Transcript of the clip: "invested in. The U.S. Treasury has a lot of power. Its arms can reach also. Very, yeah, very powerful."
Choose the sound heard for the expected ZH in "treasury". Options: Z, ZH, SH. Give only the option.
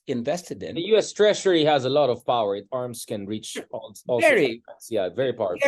SH